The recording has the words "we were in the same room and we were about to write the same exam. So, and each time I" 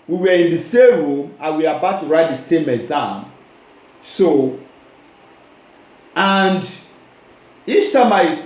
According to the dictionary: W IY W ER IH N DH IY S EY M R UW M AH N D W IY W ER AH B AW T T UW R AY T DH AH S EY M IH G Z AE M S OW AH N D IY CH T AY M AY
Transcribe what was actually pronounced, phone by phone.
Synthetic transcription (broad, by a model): W IY W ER IH N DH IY S EY M R UW M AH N W IY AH B AW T T UW R AY T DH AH S EY M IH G Z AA M S OW AH N D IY S T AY M AY